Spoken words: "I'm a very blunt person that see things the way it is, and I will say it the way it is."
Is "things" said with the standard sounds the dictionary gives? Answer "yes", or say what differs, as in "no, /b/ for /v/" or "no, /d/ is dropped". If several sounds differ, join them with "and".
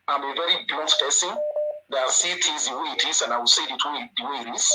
no, /t/ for /θ/ and /ŋ/ is dropped